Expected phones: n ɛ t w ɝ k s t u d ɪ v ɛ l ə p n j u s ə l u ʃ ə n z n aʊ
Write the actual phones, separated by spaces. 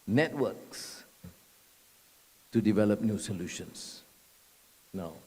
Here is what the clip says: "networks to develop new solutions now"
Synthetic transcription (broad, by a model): n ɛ t w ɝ k s t u d ɪ v ɛ l ə p n j u s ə l u ʃ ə n s n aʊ